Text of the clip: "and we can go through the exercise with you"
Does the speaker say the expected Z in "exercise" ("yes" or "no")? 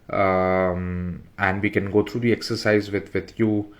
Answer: yes